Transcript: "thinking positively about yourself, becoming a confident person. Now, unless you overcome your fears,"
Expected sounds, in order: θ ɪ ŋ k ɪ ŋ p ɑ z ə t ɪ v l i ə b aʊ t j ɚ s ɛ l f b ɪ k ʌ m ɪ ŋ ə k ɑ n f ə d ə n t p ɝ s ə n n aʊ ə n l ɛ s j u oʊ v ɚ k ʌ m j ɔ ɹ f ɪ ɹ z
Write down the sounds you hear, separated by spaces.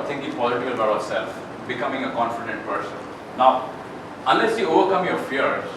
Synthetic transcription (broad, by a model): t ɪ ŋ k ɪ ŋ p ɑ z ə t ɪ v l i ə ʌ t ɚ s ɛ l f b ɪ k ʌ m ɪ ŋ ə k ɑ n f ə d ə n t p ɝ s ə n n aʊ ə n l ɛ s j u oʊ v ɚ k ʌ m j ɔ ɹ f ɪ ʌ